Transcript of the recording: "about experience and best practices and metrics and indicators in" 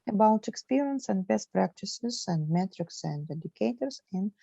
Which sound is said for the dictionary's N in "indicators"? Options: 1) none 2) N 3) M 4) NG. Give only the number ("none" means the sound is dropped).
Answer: 1